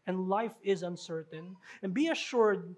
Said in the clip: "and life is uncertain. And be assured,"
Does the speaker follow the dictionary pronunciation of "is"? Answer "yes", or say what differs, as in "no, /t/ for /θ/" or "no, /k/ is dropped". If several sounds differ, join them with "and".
yes